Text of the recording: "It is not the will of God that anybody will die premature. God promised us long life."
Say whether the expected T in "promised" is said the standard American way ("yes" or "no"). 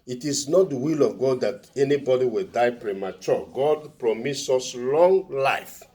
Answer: no